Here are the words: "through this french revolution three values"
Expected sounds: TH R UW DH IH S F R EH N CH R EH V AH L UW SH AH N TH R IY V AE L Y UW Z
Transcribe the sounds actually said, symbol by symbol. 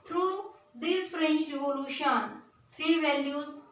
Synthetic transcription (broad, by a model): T R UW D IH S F R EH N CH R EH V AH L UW SH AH N F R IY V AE L Y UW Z